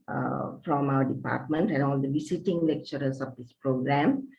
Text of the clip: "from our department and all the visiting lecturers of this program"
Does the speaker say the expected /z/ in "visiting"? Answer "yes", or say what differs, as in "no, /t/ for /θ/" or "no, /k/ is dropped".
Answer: no, /s/ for /z/